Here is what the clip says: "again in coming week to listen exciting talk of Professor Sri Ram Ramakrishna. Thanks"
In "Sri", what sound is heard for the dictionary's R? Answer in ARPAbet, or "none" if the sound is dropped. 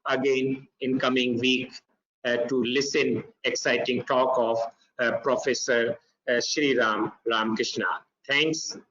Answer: R